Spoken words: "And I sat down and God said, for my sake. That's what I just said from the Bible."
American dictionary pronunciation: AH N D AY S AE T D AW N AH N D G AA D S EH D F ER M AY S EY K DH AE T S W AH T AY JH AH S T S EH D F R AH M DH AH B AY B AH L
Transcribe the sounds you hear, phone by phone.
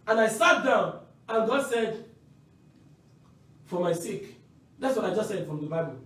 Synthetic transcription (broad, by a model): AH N AY S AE T D AW N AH N G AA D S EH D F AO M AY S EY K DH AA T S W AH T AY JH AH S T S EH D F R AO M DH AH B AY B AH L